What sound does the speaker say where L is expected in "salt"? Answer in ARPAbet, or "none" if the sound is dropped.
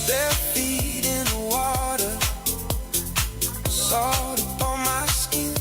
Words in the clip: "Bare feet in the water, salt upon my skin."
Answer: none